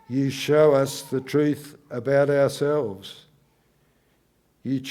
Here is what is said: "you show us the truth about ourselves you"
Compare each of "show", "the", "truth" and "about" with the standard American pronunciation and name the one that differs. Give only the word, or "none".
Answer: none